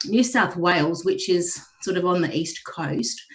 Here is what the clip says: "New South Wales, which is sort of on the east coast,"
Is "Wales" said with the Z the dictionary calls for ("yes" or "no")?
yes